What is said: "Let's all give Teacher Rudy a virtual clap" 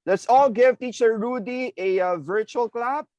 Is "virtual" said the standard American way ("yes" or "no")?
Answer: yes